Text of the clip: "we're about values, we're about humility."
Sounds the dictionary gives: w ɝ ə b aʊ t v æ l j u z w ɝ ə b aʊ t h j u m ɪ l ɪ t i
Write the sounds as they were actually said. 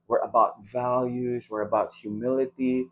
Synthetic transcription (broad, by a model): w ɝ ə b aʊ t v æ l j u z w ɝ ə b aʊ t h j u m ɪ l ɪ t i